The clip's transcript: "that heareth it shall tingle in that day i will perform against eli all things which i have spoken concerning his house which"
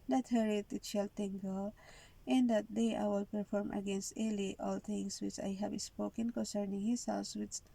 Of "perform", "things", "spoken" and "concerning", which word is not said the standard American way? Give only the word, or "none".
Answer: things